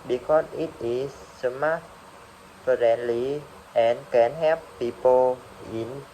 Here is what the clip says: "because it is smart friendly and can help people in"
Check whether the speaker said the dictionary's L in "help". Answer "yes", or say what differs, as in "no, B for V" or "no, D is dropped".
no, L is dropped